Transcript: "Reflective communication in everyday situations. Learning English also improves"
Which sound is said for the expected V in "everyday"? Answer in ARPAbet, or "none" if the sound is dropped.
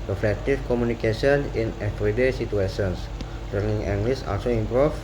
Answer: F